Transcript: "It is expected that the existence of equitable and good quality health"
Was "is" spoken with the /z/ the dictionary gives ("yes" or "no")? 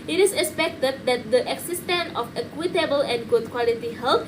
no